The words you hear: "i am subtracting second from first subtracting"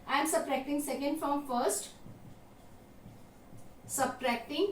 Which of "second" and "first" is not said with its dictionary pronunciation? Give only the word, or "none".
none